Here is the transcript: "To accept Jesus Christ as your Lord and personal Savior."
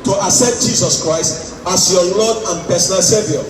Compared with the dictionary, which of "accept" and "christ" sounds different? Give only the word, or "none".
accept